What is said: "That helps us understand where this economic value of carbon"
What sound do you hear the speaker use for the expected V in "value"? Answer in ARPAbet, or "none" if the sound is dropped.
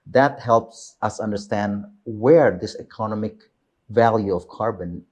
V